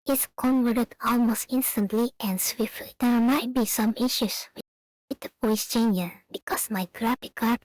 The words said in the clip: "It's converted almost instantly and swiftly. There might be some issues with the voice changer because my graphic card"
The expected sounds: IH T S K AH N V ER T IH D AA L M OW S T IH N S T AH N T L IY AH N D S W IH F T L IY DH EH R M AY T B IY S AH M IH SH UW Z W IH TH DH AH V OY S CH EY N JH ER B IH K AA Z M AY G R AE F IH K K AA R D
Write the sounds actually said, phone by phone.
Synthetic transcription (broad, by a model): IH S K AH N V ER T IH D AA L M OW S T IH N S T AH N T L IY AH N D S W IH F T L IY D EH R M AY T B IY S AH M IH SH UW S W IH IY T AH P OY S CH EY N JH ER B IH K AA S M AY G R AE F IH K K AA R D